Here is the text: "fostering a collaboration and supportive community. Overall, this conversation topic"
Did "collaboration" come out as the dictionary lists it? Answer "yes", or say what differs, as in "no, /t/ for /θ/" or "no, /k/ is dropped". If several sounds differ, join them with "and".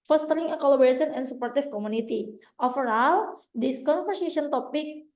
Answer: no, /s/ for /ʃ/